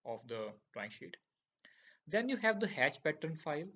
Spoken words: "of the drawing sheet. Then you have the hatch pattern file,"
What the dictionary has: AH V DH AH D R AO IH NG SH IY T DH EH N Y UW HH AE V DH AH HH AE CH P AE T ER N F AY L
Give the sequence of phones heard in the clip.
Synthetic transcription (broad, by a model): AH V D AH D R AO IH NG SH IY T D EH N Y UW HH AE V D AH HH AE CH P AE T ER N F AY L